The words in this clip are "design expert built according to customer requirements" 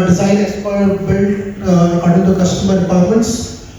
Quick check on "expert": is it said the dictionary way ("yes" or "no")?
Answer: no